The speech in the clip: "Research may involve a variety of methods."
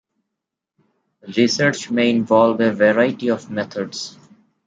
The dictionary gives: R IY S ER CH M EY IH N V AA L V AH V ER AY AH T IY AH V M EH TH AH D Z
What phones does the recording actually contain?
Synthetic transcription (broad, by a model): R IY S ER CH M EY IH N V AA L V AH V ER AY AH T IY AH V M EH T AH D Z